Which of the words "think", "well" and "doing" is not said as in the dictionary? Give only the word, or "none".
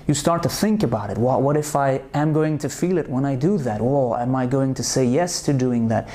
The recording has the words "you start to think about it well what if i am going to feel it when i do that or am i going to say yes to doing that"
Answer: none